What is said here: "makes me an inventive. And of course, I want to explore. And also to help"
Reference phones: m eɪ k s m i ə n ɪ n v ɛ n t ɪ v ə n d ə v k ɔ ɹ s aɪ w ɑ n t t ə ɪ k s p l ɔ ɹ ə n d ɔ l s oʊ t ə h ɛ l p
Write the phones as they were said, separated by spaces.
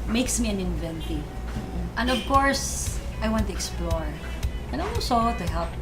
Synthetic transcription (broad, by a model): m eɪ k s m i ə n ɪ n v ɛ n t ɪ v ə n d ə v k ɔ ɹ s aɪ w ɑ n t t ə ɪ k s p l ɔ ɹ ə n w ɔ s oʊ t ə h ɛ l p